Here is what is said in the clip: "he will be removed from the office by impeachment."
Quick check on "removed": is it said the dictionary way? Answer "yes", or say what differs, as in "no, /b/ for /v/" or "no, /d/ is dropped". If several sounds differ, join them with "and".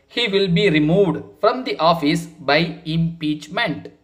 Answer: yes